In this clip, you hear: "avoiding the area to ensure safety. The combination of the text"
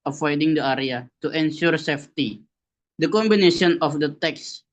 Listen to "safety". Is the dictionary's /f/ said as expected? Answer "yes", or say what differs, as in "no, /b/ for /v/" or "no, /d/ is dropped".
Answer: yes